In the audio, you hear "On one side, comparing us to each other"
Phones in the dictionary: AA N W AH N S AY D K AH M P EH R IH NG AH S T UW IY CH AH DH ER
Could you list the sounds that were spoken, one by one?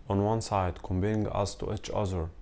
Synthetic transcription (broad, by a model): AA N W AH N S AY D K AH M B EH IH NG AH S T UW IY CH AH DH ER